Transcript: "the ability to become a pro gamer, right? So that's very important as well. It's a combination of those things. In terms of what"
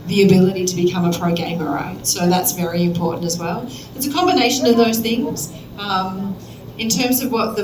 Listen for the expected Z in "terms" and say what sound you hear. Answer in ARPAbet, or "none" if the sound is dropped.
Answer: Z